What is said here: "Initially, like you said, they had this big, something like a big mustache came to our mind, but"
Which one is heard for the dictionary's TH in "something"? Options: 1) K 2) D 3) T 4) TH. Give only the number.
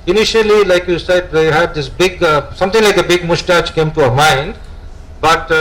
3